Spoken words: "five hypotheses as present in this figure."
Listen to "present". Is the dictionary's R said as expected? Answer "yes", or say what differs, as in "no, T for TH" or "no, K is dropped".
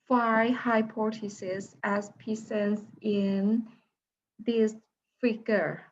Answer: no, R is dropped